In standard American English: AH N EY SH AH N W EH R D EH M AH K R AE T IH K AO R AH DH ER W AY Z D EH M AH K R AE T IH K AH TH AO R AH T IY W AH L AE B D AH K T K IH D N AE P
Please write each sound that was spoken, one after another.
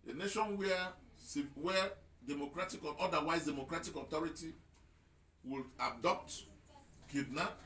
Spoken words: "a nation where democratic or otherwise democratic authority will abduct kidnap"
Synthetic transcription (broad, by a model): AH N EY SH AH N W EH W D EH M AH K R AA T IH K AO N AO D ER W AY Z D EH M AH K R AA T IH K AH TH AO R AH T IY W AH L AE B D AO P T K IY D N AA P